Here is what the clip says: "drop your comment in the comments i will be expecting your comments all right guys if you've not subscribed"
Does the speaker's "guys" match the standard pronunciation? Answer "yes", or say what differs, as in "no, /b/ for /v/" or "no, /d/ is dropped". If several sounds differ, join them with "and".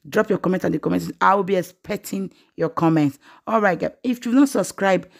no, /z/ is dropped